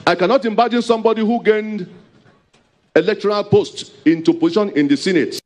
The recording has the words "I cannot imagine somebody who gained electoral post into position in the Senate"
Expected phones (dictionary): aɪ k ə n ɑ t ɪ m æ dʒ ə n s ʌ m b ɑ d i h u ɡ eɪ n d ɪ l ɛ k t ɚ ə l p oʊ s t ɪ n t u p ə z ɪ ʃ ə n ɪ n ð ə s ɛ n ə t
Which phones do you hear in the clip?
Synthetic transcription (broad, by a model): aɪ k ə n ɑ t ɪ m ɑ dʒ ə n s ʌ m b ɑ d i h u ɡ eɪ n d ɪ l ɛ k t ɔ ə l p oʊ s t ɪ n t u p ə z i ʃ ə n ɪ n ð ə s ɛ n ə t